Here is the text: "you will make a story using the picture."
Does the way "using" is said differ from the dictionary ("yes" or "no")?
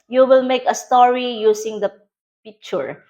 yes